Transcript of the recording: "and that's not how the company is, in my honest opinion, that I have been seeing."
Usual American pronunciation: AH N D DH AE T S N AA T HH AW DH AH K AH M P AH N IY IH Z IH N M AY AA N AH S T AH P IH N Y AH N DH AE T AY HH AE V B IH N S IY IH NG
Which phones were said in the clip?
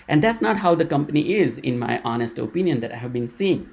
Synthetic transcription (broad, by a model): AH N D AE T S N AA T HH AW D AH K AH M P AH N IY IH Z IH N M AY AA N AH S T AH P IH N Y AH N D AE T AY HH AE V B IH N S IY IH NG